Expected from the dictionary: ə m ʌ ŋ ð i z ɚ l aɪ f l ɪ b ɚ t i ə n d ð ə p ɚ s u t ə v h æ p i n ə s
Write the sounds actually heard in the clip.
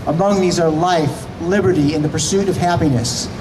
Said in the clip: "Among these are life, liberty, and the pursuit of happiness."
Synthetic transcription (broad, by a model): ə m ʌ ŋ ð i z ɚ l aɪ f l ɪ b ɚ t i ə n ð ə p ɚ s u t ə v h æ p i n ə s